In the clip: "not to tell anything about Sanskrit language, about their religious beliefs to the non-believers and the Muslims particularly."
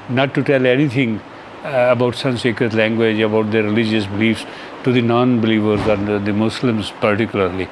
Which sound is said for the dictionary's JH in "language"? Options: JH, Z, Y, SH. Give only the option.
JH